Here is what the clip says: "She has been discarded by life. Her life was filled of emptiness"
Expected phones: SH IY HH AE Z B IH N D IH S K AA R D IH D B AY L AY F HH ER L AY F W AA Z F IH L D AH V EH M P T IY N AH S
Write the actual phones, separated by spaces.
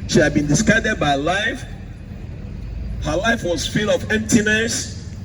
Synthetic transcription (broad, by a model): SH IY HH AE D B IH N D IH S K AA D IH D B AY L AY F HH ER L AY F W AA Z F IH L AH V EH M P T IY N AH S